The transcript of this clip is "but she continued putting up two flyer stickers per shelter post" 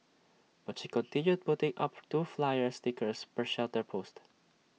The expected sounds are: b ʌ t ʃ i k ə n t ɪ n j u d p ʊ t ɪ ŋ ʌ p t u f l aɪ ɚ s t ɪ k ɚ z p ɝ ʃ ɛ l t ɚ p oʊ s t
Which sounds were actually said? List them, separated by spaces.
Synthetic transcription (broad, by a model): b ʌ t ʃ i k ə n t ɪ n j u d p ʊ t ɪ ŋ ʌ p t u f l aɪ ɚ s t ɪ k ɚ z p ɝ ʃ ɛ l t ɚ p oʊ s t